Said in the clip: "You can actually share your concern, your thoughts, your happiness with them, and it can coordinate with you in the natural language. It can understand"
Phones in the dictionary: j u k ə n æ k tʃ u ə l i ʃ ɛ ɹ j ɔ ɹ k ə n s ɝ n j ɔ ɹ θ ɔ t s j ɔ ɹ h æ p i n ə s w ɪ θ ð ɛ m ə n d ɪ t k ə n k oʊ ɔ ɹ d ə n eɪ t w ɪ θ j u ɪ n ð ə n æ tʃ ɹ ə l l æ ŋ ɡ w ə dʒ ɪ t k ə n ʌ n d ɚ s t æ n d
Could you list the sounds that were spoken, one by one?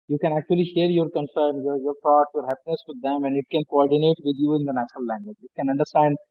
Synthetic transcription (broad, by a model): j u k ə n æ k tʃ u ə l i ʃ ɛ ɹ j ɔ ɹ k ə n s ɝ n j ɔ ɹ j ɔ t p j ɔ ɹ h æ p i n ə s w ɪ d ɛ m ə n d ɪ t k ə n k oʊ ɔ ɹ d ə n eɪ t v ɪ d j u ɪ n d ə n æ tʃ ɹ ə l l æ ŋ ɡ w ə dʒ ɪ t k ə n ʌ n d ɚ s t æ n d